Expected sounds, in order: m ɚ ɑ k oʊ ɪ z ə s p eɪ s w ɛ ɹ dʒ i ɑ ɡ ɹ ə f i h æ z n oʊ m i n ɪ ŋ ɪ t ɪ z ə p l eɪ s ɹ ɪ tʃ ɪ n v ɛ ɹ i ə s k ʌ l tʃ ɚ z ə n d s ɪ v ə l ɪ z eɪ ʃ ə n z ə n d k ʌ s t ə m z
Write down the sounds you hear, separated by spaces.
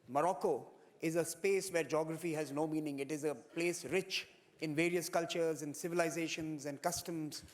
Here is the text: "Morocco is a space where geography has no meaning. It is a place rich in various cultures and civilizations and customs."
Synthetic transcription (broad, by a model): m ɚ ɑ k oʊ ɪ z ə s p eɪ s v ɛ ɹ dʒ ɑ ɡ ɹ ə f i h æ z n oʊ m i n ɪ ŋ ɪ t ɪ z ə p l eɪ s ɹ ɪ tʃ ɪ n v ɛ ɹ i ə s k ʌ l tʃ ɚ z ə n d s ɪ v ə l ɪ z eɪ ʃ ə n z ə n d k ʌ s t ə m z